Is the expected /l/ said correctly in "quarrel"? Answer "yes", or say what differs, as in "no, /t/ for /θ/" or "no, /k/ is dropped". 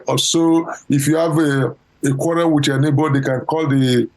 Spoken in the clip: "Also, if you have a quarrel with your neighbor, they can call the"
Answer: no, /n/ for /l/